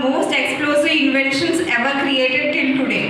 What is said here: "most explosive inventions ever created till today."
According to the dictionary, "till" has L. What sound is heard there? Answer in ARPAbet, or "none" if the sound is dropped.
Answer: N